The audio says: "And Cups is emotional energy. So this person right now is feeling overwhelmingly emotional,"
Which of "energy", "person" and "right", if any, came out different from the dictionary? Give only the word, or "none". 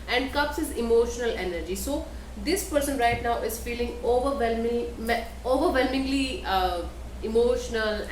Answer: none